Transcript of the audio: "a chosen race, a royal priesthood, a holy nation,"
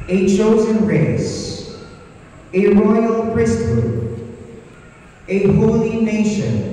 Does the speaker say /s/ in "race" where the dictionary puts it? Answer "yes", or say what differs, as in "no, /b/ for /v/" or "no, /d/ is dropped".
yes